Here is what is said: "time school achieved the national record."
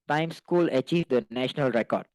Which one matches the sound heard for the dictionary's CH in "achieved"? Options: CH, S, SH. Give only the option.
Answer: CH